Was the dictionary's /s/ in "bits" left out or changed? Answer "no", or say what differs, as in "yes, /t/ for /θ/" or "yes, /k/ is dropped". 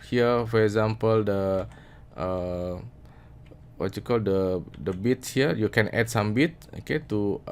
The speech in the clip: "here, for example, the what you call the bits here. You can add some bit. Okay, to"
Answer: yes, /s/ is dropped